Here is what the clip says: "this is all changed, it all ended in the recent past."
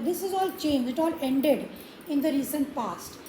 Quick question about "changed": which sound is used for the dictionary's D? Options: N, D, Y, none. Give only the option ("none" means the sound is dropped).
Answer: none